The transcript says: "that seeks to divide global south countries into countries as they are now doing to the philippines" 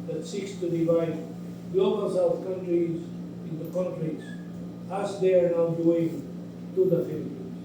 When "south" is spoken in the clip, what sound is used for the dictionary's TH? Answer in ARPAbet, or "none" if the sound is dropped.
F